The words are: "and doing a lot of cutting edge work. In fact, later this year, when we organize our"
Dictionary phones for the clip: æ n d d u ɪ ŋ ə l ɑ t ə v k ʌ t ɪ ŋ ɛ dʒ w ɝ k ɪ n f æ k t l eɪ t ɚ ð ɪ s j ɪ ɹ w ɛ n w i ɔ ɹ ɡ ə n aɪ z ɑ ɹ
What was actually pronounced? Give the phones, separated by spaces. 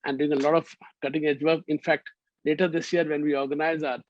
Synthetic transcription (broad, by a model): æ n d d u ɪ ŋ ə l ɑ t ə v k ʌ t ɪ ŋ ɛ dʒ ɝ ɪ n f æ k t l eɪ t ɚ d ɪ s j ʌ ɹ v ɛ n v i ɔ ɹ ɡ ə n aɪ z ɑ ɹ